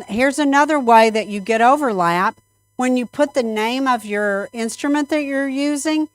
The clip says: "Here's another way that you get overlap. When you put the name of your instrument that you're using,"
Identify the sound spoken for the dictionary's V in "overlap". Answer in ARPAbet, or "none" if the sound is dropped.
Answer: V